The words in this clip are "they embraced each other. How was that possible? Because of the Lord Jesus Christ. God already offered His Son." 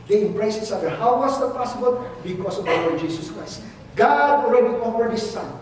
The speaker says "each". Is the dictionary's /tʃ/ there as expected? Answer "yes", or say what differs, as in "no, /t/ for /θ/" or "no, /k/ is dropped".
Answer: no, /s/ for /tʃ/